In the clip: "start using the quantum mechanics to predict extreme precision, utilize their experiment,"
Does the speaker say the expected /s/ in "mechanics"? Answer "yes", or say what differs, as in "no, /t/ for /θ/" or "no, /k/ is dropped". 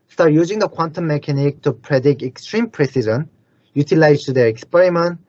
no, /s/ is dropped